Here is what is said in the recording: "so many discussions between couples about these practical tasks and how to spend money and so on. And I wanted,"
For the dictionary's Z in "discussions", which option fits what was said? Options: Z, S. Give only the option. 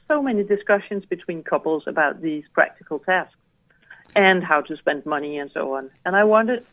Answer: Z